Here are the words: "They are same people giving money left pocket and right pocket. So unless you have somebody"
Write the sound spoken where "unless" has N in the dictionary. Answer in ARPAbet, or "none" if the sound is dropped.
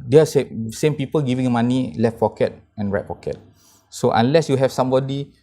N